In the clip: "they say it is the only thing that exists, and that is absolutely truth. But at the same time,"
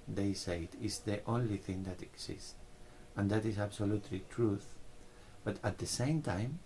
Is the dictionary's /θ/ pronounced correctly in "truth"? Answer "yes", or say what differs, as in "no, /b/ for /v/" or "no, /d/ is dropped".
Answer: yes